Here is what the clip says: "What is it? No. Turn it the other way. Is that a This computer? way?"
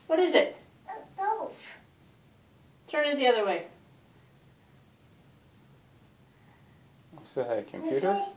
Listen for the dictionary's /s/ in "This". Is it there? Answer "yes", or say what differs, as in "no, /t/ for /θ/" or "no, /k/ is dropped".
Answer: no, /s/ is dropped